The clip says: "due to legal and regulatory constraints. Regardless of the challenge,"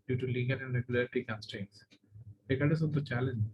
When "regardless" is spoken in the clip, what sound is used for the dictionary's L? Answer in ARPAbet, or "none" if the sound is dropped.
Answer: none